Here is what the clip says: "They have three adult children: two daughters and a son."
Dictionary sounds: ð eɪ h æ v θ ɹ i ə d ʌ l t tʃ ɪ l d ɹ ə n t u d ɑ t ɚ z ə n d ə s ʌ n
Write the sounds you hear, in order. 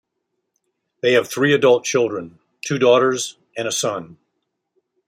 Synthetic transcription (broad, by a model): ð eɪ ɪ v θ ɹ i ə d ʌ l t tʃ ɪ l d ɹ ə n t u d ɑ t ɚ z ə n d ə s ʌ n